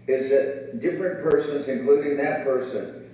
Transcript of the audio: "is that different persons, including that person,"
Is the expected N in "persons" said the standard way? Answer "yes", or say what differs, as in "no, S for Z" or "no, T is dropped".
yes